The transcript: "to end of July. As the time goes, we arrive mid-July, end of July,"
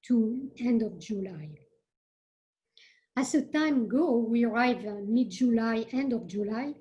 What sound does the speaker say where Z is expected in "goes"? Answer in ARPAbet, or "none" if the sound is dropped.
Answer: none